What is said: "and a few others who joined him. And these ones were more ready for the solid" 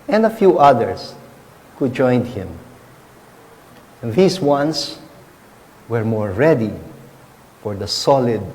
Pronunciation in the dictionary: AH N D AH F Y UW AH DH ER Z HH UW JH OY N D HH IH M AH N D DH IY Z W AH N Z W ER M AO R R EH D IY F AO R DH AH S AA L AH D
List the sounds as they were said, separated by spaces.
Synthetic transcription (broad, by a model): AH N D AH F Y UW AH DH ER S HH UW JH OY N D HH IH M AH N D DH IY S W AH N S W ER M AO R R EH D IY F AO R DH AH S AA L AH D